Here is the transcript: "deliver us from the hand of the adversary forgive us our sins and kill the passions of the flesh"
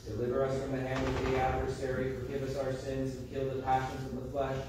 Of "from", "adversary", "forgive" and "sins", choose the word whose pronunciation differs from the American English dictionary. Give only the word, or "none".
none